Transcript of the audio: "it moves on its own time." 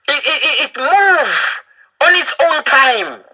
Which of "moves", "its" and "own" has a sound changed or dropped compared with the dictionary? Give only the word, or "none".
moves